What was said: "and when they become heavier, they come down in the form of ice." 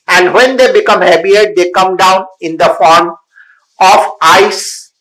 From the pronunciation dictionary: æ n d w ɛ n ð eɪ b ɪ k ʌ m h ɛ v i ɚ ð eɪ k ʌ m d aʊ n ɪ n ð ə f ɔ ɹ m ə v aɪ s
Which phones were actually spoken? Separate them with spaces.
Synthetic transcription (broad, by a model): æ n d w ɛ n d eɪ b ɪ k ʌ m h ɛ b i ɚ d eɪ k ʌ m d aʊ n ɪ n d ə f ɔ ɹ m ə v aɪ s